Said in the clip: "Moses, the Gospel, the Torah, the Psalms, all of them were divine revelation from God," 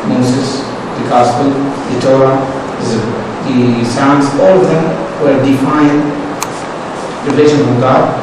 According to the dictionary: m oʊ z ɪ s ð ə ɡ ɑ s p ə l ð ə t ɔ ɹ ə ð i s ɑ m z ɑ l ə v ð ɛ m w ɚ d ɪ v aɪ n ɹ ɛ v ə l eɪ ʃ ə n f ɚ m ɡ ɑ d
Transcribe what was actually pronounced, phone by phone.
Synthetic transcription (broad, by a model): m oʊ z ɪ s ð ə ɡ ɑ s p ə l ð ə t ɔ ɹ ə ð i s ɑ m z ɑ l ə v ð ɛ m w ɚ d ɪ f aɪ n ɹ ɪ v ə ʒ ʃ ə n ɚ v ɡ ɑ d